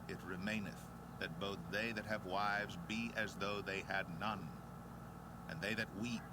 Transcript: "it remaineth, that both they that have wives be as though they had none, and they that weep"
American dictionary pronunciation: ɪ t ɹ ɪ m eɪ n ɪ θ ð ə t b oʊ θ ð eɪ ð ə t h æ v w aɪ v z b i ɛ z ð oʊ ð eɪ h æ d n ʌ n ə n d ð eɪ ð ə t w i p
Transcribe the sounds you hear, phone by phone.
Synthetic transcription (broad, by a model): ɪ t ɹ ɪ m eɪ n ɪ θ ð ə t b oʊ θ ð eɪ ð ə t h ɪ v w aɪ v z b i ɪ z ð oʊ ð eɪ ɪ d n ʌ n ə n ð eɪ ð ə t w i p